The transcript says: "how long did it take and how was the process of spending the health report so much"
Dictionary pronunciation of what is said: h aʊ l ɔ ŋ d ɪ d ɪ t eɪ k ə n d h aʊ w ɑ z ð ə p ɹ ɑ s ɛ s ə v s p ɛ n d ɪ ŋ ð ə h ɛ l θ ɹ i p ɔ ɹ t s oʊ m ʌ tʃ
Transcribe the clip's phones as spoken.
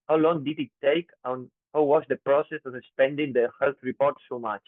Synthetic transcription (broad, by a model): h aʊ l ɔ ŋ d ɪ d ɪ t eɪ k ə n h aʊ w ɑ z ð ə p ɹ ɑ s ɛ s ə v s p ɛ n d ɪ ŋ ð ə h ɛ l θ ɹ i p ɔ ɹ t s oʊ m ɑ tʃ